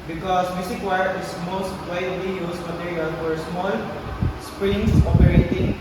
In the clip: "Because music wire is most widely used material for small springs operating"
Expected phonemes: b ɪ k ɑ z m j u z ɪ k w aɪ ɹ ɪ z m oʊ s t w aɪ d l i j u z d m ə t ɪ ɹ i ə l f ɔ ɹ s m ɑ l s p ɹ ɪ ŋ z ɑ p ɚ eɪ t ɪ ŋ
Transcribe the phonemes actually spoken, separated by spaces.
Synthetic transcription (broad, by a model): b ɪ k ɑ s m j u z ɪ k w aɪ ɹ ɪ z m oʊ s t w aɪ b l i j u s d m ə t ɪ ɹ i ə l f ɔ ɹ s m ɑ l s p ɹ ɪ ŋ s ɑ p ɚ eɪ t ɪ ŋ